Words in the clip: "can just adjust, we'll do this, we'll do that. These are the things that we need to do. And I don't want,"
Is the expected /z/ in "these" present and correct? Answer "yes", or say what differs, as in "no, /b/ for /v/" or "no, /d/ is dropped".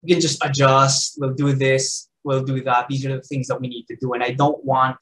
yes